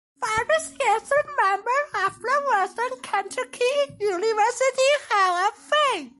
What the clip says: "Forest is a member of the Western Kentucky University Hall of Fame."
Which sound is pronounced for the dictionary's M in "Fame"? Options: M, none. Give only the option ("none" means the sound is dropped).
none